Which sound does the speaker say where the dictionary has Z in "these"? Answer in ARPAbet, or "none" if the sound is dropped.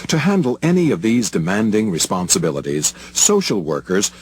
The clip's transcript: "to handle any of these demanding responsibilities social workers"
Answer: Z